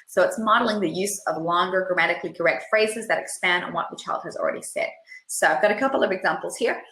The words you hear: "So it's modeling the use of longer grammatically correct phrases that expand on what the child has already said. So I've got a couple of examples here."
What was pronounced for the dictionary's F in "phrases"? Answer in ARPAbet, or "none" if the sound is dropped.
F